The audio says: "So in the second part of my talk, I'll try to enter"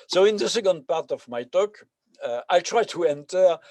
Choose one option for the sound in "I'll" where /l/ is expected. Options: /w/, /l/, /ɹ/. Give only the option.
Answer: /l/